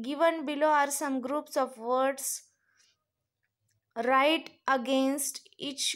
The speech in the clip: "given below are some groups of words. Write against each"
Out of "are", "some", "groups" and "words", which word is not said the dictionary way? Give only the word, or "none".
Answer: words